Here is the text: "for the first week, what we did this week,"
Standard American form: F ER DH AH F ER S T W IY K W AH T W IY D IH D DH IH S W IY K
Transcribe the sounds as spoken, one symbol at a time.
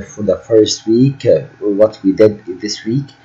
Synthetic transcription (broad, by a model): F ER DH AH F ER S T W IY K W AH T W IY D IH D DH IH S W IY K